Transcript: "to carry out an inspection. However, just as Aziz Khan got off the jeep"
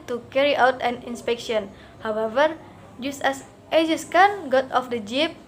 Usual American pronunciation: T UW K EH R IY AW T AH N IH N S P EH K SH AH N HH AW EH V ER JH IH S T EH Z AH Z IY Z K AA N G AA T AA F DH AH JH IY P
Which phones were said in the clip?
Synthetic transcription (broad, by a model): T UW K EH R IY AW T AH N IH N S P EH K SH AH N HH AW EH V ER JH IH S T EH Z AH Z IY S K AA N G AA T AA F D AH JH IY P